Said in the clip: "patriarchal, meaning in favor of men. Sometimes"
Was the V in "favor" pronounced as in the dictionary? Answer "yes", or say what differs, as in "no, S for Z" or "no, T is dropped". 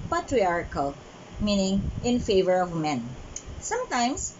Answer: yes